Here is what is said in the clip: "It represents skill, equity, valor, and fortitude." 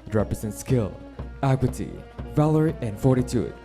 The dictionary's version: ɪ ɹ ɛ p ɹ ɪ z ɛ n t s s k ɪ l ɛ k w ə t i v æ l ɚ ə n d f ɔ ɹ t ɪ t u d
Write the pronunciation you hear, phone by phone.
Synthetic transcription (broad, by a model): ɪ ɹ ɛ p ɹ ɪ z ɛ n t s s k ɪ l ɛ k w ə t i v æ l ɚ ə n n f ɔ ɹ t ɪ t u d